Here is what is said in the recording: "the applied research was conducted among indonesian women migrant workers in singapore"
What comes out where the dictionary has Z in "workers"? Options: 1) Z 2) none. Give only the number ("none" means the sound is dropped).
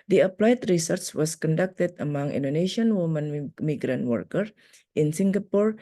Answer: 2